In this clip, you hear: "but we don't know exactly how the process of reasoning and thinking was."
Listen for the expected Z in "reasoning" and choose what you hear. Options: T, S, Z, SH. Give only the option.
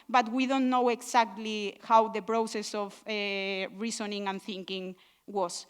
S